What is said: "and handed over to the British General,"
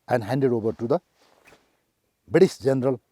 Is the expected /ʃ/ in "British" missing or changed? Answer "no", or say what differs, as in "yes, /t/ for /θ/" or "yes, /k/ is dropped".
yes, /s/ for /ʃ/